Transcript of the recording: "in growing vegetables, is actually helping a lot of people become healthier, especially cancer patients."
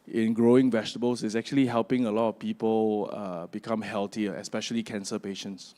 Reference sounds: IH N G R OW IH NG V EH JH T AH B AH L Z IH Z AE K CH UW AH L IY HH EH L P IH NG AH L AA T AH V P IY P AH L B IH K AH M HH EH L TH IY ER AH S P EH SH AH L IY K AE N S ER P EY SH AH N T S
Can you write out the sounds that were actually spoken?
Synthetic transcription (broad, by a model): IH N G R OW IH NG V EH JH T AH B AH L S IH S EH K CH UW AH L IY HH EH L P IH NG AH L AA T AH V P IY P AH L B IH K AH M HH EH L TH IY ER AH S P EH SH AH L IY K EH N S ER P EY SH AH N T S